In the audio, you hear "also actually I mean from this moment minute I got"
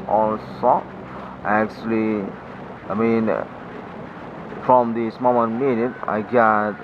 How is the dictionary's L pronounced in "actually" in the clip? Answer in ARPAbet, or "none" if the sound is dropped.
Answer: L